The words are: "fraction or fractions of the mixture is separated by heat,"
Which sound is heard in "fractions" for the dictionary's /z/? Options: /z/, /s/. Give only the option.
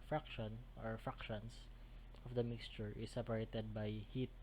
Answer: /s/